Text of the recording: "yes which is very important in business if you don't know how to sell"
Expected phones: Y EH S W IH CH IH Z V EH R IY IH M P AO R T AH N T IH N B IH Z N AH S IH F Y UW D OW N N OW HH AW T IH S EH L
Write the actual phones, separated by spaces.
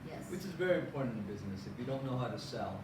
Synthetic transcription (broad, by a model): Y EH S W IH CH IH Z V EH R IY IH M P AO R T N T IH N B IH Z N AH S IH F Y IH D OW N N OW HH AW T IH S EH L